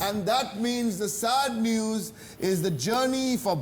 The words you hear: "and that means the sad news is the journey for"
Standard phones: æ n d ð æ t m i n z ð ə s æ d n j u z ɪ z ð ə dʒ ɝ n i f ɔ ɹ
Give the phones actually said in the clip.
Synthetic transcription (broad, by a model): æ n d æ t m i n z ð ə s æ d n j u z ɪ z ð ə dʒ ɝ n i f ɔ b